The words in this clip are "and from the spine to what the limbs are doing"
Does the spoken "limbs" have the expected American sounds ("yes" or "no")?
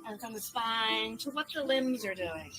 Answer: yes